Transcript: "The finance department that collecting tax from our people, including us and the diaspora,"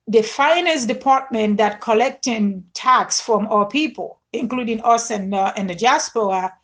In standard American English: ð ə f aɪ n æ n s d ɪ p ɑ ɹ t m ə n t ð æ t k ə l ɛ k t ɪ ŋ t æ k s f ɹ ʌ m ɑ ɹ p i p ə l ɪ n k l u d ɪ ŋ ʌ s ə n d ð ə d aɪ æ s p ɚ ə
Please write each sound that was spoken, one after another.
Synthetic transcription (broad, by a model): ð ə f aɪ n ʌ s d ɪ p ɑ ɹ t m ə n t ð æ t k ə l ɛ k t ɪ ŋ t æ k s f ɹ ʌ m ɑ p i p ə l ɪ n k l u d ɪ ŋ ʌ s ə n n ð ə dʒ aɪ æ s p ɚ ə